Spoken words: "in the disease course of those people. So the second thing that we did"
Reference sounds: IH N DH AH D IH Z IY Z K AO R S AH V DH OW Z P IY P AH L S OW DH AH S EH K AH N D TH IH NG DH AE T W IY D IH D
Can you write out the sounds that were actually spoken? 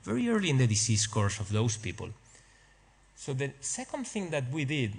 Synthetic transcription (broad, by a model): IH N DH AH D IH S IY S K AO R S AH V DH OW S P IY P AH L S OW DH AH S EH K AH N D TH IH NG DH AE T W IY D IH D